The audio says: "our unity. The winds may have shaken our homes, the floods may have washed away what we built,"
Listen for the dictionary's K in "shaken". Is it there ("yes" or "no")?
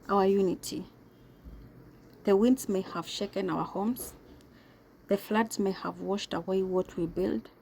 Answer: yes